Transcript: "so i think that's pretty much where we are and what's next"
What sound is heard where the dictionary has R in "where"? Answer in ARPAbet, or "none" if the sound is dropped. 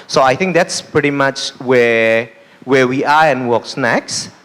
W